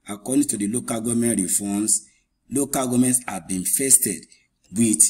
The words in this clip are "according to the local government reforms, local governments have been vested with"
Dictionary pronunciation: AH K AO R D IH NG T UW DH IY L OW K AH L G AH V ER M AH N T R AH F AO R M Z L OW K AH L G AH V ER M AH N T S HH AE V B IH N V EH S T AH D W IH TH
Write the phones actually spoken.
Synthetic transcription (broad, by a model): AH K AO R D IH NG T UW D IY L OW K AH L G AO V M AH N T R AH F AO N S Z L OW K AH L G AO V M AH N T S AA B IH N F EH S T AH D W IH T